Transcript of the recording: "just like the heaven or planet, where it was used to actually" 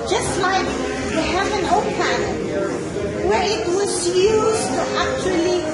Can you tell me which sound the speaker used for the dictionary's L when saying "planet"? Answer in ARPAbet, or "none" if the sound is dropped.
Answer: none